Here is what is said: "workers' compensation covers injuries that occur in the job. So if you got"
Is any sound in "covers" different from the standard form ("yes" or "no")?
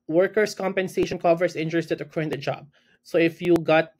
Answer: yes